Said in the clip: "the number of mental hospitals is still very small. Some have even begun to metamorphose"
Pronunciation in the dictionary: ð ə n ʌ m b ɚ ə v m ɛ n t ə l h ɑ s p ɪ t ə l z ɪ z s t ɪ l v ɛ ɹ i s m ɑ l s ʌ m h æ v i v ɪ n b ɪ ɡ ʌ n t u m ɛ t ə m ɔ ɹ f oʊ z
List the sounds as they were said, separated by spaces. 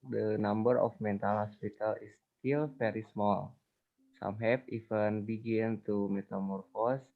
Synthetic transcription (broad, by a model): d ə n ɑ m b ɚ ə f m ɛ n t ə l h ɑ s p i t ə l ɪ s t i l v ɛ ɹ i s m ɑ l s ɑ m h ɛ p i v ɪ n b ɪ ɡ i n t u m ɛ t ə m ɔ ɹ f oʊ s